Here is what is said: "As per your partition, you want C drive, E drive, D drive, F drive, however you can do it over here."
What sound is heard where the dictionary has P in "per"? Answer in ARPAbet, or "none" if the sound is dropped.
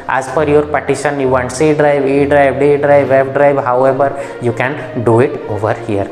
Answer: F